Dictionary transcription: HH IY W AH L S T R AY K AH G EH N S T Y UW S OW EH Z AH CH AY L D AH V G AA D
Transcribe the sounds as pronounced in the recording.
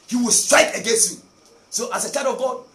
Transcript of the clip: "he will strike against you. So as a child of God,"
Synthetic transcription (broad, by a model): HH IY W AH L S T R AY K AH G EH N S T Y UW S OW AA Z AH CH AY D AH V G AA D